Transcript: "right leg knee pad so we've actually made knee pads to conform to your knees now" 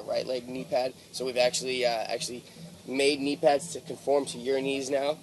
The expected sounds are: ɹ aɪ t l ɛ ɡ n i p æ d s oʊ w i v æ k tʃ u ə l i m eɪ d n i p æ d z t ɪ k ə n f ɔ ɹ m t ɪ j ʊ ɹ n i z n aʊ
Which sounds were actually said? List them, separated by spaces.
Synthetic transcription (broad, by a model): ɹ aɪ t l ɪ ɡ n i p æ d s oʊ w i v æ k tʃ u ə l i m eɪ d n i p æ d z t ɪ k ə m f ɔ ɹ m t ɪ j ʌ ɹ n i z n aʊ